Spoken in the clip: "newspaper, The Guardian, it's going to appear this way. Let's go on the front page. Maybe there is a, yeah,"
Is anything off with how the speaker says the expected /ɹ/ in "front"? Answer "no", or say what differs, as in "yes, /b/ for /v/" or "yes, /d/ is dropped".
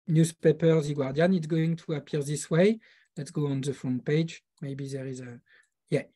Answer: yes, /ɹ/ is dropped